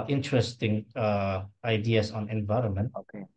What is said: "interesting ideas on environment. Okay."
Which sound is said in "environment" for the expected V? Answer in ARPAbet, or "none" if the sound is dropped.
V